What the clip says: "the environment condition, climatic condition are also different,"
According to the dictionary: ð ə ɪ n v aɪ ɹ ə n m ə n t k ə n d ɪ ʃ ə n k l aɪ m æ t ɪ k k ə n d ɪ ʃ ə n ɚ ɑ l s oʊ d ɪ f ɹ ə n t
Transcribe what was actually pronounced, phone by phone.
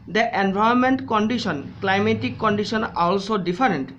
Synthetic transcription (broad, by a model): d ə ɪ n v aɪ ə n m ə n t k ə n d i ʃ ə n k l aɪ m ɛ t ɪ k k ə n d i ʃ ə n ɑ l s oʊ d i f ɹ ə n t